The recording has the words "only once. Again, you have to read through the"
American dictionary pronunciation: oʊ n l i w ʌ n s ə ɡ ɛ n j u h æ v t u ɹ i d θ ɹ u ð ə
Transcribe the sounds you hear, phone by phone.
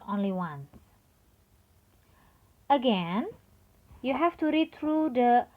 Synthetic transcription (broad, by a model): oʊ n l i w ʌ n ə ɡ ɛ n j u h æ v t u ɹ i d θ ɹ u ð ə